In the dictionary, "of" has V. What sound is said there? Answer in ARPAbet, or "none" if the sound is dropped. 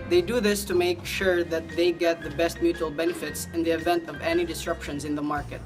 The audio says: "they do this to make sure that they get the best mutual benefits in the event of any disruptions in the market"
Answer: V